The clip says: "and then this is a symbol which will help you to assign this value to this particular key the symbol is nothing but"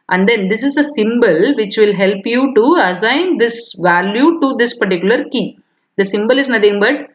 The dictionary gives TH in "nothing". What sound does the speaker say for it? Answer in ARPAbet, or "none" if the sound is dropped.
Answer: T